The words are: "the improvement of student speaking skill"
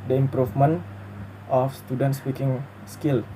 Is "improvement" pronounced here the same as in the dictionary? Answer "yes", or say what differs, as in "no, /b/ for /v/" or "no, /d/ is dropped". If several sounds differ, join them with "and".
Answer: no, /f/ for /v/